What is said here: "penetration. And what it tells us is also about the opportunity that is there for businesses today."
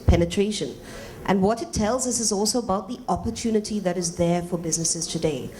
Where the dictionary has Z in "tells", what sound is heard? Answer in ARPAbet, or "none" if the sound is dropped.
Z